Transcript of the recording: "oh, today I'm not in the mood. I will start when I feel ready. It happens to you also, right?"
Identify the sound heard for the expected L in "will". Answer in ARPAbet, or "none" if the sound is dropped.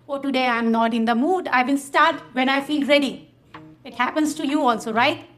N